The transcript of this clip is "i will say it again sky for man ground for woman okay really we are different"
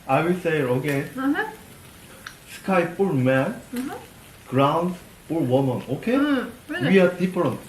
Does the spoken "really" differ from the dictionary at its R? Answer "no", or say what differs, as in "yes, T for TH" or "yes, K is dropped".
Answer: yes, W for R